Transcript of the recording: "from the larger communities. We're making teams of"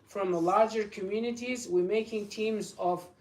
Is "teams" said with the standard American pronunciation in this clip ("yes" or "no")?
yes